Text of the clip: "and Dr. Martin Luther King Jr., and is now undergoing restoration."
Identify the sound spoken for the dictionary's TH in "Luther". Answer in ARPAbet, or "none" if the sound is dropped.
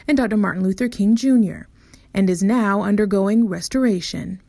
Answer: TH